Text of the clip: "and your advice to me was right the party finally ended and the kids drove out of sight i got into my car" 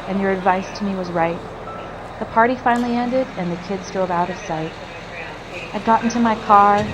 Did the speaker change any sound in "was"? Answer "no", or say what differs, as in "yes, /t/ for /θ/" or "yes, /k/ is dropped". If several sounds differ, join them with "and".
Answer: no